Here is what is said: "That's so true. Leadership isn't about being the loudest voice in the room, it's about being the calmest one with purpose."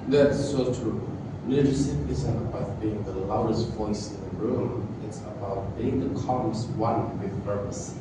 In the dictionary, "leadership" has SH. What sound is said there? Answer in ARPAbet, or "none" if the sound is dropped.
S